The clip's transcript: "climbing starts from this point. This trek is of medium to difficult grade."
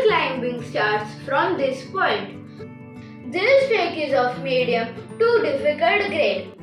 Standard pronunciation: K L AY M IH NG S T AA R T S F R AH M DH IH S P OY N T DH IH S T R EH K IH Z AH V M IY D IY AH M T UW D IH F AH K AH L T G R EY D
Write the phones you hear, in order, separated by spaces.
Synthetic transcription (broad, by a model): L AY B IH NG S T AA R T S F R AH M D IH S P OY N T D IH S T EH K IH Z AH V M IY D IY AH M T UW D IH F AH K AH L T G R EY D